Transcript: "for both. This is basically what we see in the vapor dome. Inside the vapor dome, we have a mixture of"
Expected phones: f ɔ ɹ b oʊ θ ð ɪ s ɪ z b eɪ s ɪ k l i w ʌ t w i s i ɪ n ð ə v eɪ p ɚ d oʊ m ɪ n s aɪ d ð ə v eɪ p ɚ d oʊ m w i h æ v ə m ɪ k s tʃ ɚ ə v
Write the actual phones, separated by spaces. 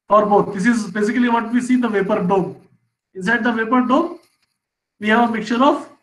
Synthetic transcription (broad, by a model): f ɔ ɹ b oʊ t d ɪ s ɪ z b eɪ s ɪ k l i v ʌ t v i s i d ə v eɪ p ɚ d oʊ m ɪ n s aɪ d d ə v eɪ p ɚ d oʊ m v i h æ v ə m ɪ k tʃ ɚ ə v